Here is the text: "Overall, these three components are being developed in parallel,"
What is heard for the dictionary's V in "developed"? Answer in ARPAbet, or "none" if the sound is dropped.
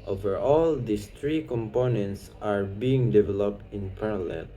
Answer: V